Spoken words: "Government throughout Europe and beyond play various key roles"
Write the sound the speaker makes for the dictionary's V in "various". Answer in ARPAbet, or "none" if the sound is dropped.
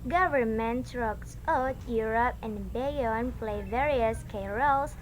V